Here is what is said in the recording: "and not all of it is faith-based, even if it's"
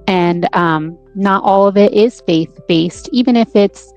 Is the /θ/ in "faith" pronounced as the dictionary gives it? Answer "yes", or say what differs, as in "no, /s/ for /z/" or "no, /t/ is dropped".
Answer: yes